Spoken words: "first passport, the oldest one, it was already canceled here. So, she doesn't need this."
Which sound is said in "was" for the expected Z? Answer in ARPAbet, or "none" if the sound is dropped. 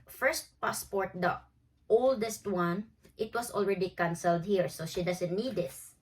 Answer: S